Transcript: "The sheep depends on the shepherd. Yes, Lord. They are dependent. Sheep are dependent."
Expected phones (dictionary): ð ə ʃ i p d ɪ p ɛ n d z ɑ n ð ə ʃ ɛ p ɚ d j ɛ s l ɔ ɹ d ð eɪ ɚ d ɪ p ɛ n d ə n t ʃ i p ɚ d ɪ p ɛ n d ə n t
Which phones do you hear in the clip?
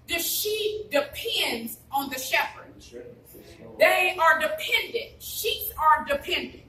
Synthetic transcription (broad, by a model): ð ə ʃ i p d ɪ p ɛ n d z n ð ə ʃ ɛ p ɚ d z ð eɪ ɚ d ɪ p ɛ n d ə n t ʃ i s ɚ d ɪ p ɛ n d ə n t